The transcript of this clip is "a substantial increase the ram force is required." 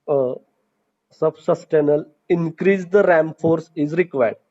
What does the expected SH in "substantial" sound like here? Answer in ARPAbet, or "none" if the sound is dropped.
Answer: none